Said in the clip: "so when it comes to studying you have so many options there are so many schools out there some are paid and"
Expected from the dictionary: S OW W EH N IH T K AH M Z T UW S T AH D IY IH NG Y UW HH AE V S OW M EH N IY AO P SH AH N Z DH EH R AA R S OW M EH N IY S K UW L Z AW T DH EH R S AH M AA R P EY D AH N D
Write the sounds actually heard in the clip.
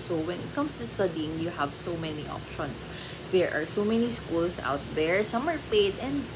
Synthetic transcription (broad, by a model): S OW W EH N IH T K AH M S T UW S T AH D IY IH NG Y UW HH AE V S OW M EH N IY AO P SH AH N S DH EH R AA R S OW M EH N IY S K UW L S AW T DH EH R S AH M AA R P EY D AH N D